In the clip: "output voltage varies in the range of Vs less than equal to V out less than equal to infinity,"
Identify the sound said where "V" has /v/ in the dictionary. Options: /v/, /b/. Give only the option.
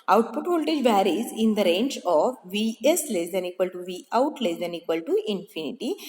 /v/